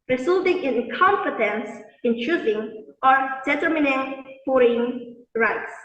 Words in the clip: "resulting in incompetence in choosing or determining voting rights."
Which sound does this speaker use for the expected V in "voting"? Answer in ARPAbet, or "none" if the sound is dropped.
F